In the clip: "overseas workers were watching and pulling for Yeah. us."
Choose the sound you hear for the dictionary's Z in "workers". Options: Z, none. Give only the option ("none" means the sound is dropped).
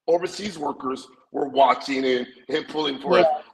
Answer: Z